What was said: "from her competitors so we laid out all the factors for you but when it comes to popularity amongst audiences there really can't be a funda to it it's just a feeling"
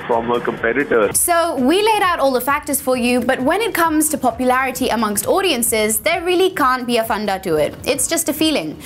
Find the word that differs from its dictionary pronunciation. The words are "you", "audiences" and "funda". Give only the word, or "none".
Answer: none